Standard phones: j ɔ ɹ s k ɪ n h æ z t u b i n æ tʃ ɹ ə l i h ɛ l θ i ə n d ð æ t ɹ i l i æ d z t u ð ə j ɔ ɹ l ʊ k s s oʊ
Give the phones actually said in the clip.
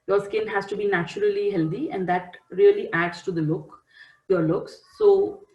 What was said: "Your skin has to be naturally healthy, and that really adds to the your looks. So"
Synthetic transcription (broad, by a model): j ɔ ɹ s k ɪ n h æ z t u b i n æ tʃ ɹ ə l i h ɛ l t i ə n d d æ t ɹ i l i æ d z t u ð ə j ɔ ɹ l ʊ k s s oʊ